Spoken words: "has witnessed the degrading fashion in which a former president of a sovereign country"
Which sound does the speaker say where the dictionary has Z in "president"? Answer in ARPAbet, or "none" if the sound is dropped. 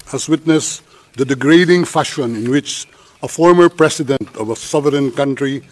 S